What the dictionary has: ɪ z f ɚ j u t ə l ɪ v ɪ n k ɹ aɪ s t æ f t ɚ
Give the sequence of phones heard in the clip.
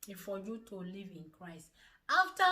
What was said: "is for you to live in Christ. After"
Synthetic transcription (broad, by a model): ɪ f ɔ j u t ə l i v ɪ n k ɹ aɪ s t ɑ f t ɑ